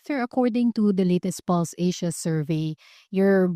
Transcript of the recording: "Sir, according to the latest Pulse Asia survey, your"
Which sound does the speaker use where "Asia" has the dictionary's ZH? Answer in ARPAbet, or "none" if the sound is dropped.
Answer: SH